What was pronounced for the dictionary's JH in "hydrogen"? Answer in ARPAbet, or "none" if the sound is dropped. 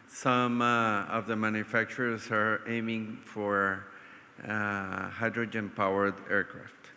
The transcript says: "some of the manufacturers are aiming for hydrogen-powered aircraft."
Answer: JH